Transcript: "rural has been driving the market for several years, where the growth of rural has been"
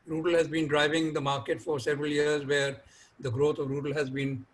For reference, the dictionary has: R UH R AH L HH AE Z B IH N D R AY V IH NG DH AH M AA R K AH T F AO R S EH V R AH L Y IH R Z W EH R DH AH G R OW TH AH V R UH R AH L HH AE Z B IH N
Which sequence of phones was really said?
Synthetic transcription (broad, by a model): R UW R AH L HH AE Z B IH N D R AY V IH NG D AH M AA R K AH T F AO R S EH V R AH L Y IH R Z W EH R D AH G R OW T AH V R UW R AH L HH AE Z B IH N